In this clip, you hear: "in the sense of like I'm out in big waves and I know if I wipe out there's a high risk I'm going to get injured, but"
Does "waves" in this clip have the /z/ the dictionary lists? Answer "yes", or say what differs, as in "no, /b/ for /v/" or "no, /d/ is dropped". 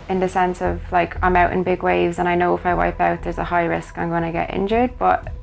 yes